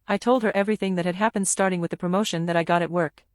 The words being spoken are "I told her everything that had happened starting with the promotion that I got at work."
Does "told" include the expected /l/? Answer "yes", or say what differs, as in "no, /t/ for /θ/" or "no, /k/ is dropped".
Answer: yes